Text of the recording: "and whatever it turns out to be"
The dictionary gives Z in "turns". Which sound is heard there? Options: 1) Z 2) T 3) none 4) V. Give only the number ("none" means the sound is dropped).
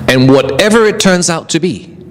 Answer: 1